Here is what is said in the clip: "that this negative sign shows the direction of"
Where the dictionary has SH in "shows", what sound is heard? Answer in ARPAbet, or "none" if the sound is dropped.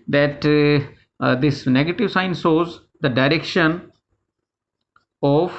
S